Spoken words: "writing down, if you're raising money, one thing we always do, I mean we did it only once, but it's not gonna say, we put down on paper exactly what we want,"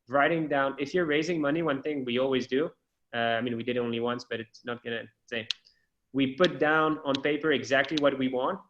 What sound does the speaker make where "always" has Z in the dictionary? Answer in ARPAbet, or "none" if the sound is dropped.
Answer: Z